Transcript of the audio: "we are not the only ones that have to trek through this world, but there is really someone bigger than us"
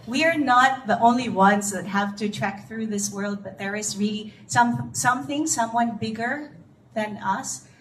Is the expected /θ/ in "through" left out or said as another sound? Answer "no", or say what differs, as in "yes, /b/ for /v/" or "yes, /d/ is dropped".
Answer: no